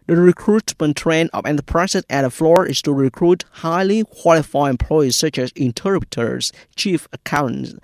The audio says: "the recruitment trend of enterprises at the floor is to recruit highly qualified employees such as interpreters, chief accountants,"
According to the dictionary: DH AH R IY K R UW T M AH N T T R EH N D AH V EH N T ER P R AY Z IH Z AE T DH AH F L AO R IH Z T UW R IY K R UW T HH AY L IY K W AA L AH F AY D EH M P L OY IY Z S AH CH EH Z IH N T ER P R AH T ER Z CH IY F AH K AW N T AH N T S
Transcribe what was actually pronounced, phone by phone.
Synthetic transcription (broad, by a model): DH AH R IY K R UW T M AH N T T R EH N AH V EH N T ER P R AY S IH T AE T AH F L AO R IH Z T UW R IY K R UW T HH AY L IY K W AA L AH F AY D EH M P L OY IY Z S AH CH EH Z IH N T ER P R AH T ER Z CH IY F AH K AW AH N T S